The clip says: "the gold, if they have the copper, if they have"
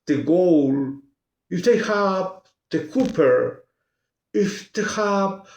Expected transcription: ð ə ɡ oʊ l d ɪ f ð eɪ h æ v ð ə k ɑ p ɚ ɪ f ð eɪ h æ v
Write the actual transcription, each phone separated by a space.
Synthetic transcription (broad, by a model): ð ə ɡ oʊ l ɪ f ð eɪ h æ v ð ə k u p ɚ ɪ f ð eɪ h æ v